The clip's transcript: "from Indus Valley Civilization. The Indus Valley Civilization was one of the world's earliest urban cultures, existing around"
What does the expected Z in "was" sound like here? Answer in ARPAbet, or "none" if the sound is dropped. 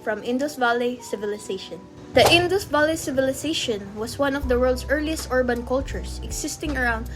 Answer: S